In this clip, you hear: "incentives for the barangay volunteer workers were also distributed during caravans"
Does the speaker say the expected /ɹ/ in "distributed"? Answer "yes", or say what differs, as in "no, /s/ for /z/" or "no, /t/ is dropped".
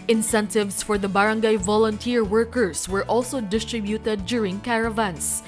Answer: yes